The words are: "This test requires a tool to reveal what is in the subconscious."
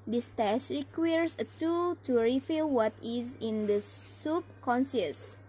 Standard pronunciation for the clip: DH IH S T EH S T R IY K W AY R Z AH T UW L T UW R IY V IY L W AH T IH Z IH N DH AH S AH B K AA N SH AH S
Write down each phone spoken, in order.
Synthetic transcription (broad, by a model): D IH S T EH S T R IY K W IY R S AH T UW L T UW R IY F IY L W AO T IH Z IH N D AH S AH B K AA N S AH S